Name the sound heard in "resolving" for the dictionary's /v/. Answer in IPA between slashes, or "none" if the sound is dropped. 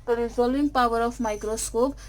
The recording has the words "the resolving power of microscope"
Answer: none